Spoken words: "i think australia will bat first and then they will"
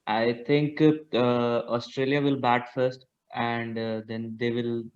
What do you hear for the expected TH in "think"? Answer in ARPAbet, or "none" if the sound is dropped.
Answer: T